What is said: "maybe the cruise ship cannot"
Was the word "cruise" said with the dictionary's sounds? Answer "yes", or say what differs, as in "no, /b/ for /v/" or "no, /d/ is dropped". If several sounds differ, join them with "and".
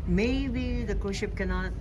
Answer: no, /ɹ/ is dropped